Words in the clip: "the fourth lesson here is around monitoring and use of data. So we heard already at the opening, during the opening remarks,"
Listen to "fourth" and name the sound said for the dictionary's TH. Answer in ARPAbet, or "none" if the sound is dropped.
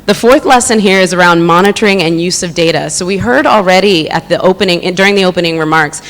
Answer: TH